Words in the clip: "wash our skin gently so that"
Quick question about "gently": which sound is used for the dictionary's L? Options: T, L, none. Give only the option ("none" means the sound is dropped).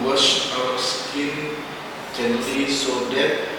none